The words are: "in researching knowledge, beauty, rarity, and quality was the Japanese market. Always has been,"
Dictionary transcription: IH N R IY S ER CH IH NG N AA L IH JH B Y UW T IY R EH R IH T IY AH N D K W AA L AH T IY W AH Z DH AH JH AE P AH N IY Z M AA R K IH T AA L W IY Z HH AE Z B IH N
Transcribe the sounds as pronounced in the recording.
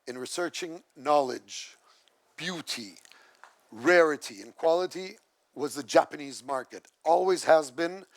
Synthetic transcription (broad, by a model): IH N R IY S ER CH IH NG N AA L IH JH B Y UW T IY R EH R IH T IY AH N K W AA L AH T IY W AH Z DH AH JH AE P AH N IY Z M AA R K IH T AA L W IY Z HH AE Z B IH N